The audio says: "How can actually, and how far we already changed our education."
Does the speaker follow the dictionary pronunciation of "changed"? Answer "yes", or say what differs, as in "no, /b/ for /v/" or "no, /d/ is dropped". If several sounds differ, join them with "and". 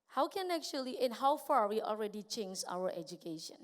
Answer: no, /d/ is dropped